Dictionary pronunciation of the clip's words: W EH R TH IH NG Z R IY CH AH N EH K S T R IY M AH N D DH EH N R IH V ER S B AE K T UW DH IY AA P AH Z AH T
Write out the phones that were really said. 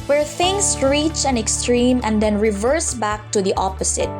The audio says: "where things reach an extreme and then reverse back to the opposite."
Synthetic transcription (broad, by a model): W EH R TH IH NG S R IY CH AH N EH K S T R IY M AH N D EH N R IH V ER S B AE K T UW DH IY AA P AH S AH T